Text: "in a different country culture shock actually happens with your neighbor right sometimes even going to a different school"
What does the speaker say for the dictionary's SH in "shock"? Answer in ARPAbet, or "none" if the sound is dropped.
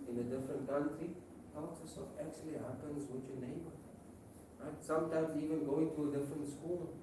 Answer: S